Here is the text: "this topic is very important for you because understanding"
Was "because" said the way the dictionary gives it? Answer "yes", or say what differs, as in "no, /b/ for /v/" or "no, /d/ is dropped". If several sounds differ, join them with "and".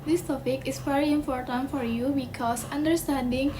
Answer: no, /s/ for /z/